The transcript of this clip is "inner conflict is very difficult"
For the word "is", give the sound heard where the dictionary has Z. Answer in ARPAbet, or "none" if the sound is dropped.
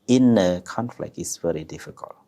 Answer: S